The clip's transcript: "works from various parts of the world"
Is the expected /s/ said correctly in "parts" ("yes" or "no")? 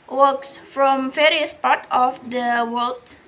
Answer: no